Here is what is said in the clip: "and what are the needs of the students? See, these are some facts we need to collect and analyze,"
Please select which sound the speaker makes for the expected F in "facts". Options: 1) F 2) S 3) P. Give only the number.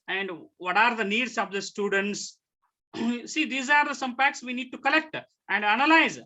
3